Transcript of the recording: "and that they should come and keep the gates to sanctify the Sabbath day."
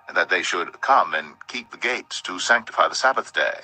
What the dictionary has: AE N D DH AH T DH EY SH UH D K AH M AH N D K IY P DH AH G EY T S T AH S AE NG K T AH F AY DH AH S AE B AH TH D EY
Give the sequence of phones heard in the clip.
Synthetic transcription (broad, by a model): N DH AH T DH EY SH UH D K AH M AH N K IY P DH AH G EY T S T AH S AE NG K T AH F AY DH AH S AE B AH TH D EY